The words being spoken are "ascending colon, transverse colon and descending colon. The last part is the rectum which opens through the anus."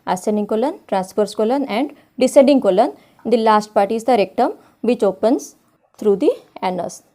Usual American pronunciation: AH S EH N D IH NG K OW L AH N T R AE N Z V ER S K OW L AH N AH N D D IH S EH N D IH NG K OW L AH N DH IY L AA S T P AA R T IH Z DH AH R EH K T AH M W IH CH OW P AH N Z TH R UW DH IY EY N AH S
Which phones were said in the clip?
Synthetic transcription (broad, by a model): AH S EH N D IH NG K OW L AH N T R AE N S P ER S K OW L AH N AH N D D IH S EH D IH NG K OW L AH N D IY L AA S T P AA R T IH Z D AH R EH K T AH M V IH CH OW P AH N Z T R UW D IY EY N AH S